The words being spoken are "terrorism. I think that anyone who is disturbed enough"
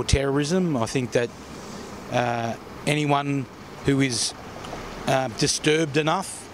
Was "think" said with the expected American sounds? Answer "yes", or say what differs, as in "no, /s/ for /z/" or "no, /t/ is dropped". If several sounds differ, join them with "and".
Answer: yes